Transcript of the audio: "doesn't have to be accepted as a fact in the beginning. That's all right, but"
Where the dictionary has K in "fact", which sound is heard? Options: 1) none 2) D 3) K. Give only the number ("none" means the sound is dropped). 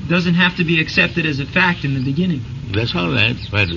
3